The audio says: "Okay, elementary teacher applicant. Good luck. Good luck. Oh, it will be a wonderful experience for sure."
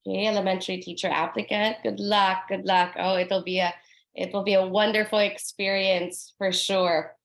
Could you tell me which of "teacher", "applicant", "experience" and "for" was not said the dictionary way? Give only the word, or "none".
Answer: applicant